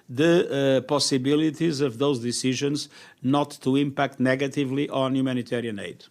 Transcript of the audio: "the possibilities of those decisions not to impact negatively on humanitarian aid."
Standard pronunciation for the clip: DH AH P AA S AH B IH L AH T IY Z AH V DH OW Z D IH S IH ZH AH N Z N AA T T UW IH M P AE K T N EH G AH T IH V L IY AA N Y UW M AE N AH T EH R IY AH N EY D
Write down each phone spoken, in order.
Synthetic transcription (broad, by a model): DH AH P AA S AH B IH L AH T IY Z AH V DH OW Z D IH S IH ZH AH N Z N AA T T UW IH M P AE K T N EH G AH T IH V L IY AA N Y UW M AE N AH T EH R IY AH N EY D